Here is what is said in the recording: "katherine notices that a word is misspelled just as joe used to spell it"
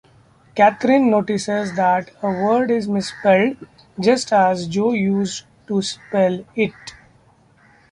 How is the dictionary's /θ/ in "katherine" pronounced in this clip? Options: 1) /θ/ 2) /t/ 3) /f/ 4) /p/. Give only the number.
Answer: 2